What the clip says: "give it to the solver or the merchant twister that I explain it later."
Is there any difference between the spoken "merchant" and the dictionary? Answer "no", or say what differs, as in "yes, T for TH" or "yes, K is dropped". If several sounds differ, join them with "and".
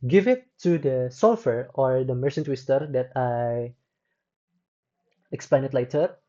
yes, S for CH